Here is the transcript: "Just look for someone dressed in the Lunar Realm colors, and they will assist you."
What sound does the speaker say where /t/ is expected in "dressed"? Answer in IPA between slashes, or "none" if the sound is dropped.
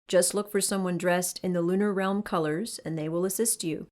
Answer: /t/